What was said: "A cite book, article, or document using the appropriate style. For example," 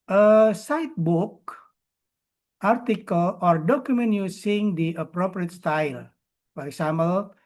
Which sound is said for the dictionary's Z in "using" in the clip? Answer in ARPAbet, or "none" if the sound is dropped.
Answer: S